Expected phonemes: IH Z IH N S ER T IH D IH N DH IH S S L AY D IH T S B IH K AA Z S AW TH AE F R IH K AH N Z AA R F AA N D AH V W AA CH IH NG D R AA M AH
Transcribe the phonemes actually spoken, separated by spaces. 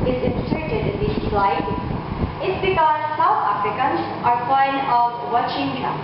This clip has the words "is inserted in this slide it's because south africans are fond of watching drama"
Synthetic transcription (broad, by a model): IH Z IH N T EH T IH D IH N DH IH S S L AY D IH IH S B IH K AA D S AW T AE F R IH K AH N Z AA R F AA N AH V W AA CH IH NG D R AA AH